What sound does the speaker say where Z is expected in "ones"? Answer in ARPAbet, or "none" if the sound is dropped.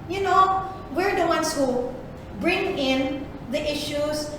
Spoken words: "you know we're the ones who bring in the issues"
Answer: S